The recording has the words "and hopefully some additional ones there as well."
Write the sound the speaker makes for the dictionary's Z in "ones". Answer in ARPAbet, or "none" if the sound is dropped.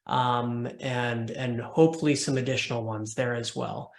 Z